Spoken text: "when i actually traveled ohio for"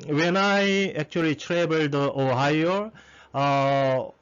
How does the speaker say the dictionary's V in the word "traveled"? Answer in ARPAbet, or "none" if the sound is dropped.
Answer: B